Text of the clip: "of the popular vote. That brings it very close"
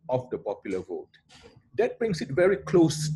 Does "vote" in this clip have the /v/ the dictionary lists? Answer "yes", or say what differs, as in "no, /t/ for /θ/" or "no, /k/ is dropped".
yes